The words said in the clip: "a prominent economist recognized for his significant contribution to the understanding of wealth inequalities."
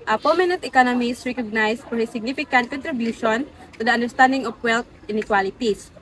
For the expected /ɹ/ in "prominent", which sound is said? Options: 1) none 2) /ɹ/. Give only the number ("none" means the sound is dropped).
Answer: 1